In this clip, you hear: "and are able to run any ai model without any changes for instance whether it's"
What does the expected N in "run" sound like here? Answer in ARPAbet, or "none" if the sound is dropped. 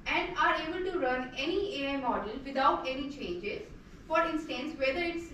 N